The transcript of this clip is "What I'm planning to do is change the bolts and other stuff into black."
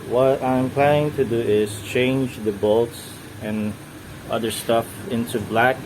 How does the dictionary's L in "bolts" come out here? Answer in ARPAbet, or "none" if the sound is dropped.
L